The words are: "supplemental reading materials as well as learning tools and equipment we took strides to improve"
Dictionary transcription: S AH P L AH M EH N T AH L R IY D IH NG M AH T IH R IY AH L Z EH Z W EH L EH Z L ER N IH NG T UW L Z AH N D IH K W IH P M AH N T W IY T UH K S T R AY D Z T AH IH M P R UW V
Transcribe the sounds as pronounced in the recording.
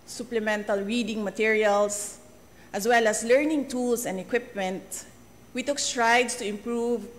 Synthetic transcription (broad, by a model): S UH P L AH M EH N T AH L R IY D IH NG M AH T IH R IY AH L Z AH S W EH L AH S L ER N IH NG T UW L S AH N D IH K W IH P M AH N T W IY T UH K S T R AY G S T AH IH M P R UW V